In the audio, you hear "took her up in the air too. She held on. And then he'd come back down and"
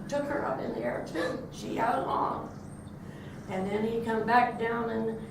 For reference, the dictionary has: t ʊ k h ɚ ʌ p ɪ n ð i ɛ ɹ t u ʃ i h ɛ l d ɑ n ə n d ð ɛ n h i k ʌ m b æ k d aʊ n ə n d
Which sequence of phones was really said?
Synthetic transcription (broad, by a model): t ʊ k h ɚ ʌ p ɪ n ð i ɛ ɹ t u ʃ i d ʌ l ɑ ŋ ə n ð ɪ n i k ʌ m b æ k d aʊ n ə n